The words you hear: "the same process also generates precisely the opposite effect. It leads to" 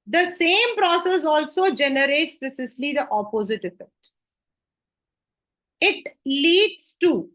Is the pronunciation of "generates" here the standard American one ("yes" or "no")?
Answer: yes